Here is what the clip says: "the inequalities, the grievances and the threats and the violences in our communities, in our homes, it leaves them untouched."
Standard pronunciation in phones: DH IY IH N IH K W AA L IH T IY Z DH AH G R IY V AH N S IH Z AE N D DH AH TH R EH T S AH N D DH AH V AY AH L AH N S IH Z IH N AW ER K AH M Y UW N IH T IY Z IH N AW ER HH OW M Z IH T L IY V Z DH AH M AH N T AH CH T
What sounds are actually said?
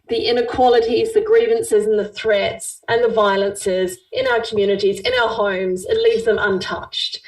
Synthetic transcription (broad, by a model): DH IY IH N IH K W AA L IH T IY Z DH AH G R IY V AH N S IH Z N DH AH TH R EH T S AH N DH AH V AY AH L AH N S IH Z IH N AW ER K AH M Y UW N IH T IY Z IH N AW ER HH OW M Z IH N L IY V Z DH AH M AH N T AH CH T